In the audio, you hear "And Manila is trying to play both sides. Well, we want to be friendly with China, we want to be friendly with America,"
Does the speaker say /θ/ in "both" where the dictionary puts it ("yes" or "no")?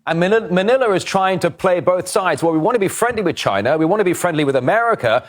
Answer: yes